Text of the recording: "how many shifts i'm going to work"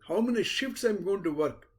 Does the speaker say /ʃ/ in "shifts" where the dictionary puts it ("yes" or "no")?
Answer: yes